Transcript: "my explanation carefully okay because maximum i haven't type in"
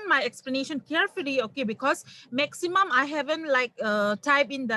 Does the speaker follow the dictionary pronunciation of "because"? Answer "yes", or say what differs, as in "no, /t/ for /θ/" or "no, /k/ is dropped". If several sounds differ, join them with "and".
no, /s/ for /z/